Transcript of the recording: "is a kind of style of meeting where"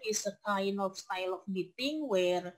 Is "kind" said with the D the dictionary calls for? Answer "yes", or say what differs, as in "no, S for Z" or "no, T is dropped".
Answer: no, D is dropped